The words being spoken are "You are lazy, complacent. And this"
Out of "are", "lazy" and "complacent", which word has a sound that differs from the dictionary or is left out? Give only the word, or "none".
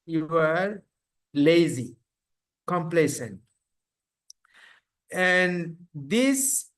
none